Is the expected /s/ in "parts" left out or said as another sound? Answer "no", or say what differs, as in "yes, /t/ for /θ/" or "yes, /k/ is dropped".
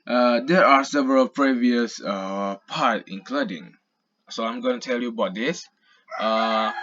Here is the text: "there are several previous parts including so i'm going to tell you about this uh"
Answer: yes, /s/ is dropped